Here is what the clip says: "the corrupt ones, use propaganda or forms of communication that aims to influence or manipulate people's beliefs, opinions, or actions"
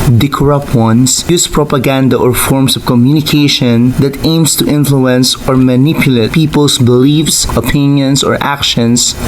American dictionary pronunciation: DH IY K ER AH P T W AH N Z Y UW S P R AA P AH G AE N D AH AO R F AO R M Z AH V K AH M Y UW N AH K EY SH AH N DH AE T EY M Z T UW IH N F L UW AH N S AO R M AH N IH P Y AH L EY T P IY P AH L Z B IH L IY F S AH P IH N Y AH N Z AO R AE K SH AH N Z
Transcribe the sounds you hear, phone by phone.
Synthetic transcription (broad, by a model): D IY K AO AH P T W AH N S Y UW S P R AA P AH G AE N D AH AO R F AO R M S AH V K AH M Y UW N AH K EY SH AH N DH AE T EY M S T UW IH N F L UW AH N S AO R M AH N IH P Y AH L EY T P IY P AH L S B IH L IY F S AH P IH N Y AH N S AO R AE K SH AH N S